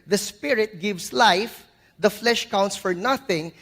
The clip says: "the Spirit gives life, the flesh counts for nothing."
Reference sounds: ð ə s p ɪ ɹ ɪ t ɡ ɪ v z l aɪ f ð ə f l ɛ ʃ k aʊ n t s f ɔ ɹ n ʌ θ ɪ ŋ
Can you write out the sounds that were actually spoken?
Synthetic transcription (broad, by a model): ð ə s p ɪ ɹ ɪ t ɡ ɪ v s l aɪ f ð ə f l ɛ ʃ k aʊ n t s f ɔ ɹ n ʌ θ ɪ ŋ